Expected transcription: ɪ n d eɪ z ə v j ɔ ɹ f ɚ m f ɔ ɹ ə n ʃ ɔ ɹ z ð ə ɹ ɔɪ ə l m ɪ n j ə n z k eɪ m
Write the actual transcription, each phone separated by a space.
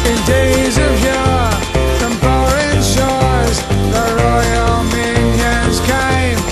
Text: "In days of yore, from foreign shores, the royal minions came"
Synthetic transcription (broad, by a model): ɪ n d eɪ z ə v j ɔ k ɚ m p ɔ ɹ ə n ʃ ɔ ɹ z ð ə ɹ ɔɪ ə l m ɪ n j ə n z k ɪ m